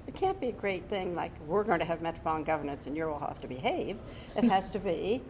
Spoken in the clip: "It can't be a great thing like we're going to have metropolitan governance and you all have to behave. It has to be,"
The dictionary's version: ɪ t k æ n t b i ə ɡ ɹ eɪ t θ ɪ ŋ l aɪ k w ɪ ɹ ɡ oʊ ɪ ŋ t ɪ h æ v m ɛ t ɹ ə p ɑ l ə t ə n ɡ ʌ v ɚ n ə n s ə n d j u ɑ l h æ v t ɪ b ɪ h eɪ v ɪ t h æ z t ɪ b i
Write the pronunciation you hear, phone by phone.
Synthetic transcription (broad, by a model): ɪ t k æ n b i ə ɡ ɹ eɪ t θ ɪ ŋ l aɪ k w ɪ ɹ ɡ oʊ ɪ ŋ t ɪ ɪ v m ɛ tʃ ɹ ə b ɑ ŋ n ɡ ʌ v ɚ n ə n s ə n j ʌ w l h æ f t ɪ b ɪ h eɪ v ɪ t h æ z t ɪ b i